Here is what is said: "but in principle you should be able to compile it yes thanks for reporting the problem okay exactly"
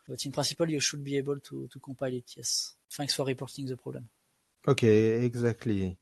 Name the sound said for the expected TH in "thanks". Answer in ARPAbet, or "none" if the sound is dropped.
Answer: F